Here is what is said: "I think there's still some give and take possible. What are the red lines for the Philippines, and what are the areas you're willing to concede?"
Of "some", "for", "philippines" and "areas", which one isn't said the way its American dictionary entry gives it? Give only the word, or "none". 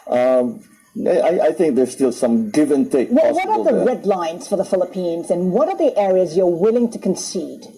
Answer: none